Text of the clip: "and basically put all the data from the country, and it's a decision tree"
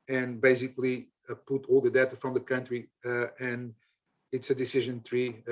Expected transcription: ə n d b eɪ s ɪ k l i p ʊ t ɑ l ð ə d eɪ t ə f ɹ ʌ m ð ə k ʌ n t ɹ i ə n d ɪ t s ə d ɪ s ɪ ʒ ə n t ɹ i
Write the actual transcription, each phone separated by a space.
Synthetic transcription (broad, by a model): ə n b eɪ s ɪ k l i p ʊ t ɑ l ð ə d eɪ t ə f ɹ ʌ m ð ə k ʌ n t ɹ i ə n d ɪ t s ə d ɪ s ɪ ʒ ə n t ɹ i